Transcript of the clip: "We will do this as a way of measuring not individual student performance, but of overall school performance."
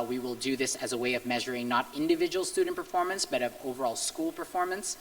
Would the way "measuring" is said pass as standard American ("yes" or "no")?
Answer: yes